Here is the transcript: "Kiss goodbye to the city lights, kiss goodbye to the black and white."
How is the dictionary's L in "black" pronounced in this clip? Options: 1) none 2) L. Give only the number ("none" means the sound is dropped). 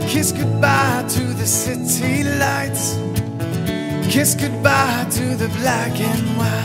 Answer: 2